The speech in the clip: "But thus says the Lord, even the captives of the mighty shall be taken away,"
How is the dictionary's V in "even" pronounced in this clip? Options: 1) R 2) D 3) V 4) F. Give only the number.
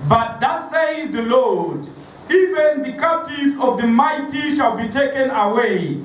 3